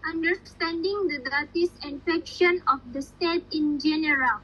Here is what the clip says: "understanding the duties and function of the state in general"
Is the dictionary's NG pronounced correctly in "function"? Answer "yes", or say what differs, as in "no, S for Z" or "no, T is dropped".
no, NG is dropped